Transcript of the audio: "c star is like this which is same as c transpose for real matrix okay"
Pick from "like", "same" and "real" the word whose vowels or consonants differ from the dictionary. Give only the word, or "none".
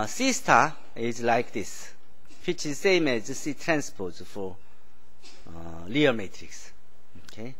real